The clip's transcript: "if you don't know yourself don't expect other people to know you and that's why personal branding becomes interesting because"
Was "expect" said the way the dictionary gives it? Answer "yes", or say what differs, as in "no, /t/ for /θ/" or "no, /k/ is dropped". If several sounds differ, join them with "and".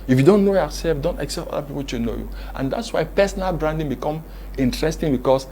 no, /p/ is dropped